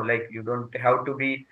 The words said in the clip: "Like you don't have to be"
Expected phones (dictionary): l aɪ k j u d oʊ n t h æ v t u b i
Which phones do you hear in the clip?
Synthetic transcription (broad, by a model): l aɪ k j u d oʊ n t h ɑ w t u b i